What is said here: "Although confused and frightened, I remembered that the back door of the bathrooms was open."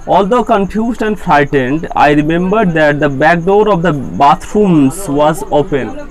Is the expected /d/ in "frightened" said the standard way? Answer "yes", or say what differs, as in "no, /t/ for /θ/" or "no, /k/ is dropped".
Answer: yes